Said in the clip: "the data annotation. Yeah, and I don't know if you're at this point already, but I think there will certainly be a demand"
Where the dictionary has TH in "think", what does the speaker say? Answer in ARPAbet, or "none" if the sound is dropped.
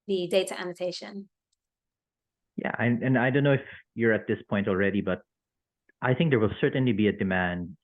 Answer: TH